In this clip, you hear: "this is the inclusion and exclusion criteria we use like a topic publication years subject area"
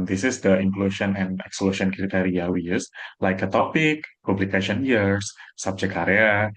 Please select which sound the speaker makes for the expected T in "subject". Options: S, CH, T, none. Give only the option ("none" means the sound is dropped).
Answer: none